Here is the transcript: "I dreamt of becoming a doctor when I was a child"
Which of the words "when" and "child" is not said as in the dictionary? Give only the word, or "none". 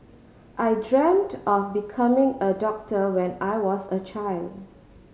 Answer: none